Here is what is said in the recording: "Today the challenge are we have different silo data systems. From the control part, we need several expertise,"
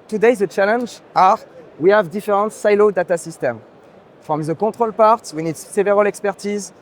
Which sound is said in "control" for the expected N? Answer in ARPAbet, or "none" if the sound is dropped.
none